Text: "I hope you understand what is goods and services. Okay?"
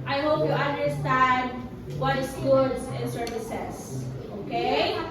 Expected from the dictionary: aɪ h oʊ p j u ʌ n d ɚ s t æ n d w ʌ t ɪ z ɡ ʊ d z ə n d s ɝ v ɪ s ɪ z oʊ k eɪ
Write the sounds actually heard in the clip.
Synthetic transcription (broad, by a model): aɪ h oʊ p j u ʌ n d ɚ s t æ n d w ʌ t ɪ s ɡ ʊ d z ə n s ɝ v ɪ s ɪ s oʊ k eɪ